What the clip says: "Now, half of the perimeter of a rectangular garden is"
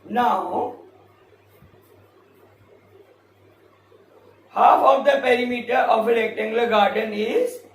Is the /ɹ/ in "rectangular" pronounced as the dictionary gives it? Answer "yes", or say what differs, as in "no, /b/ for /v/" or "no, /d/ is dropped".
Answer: no, /l/ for /ɹ/